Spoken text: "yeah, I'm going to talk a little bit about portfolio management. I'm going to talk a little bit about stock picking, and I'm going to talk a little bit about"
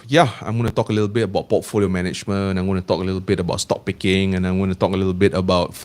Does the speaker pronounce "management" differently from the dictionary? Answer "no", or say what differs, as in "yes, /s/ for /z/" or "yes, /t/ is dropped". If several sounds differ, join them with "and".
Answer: yes, /t/ is dropped